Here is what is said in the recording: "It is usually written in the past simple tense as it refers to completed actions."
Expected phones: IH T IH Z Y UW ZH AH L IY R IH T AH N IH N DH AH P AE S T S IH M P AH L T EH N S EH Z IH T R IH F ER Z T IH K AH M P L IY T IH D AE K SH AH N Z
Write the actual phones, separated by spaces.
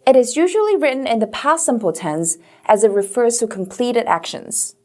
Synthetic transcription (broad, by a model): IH T IH Z Y UW ZH AH L IY R IH T N IH N DH AH P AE S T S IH M P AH L T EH N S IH Z IH T R IH F ER Z T IH K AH M P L IY T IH D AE K SH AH N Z